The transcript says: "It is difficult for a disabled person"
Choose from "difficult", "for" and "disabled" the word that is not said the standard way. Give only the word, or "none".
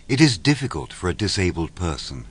none